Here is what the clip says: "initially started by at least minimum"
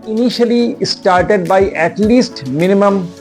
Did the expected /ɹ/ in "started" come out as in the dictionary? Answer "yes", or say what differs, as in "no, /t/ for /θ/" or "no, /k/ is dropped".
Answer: yes